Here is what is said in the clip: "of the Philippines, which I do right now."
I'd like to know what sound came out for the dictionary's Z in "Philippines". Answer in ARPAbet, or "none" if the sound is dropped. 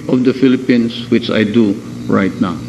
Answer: S